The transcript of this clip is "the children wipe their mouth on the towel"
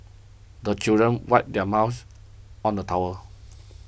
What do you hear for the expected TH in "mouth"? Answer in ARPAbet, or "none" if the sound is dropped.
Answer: S